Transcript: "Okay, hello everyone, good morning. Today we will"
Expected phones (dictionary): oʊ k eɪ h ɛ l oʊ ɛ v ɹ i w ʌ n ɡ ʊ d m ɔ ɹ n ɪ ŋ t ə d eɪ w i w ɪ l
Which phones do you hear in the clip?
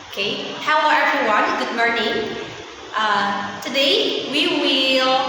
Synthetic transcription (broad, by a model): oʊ k eɪ h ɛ w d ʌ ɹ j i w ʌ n ɡ ʊ d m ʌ ɹ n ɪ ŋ t ə d eɪ w i w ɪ l